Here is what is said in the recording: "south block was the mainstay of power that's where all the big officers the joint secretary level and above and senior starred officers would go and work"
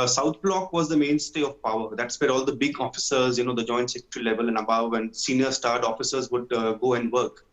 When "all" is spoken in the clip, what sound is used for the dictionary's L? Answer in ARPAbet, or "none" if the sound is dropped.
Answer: L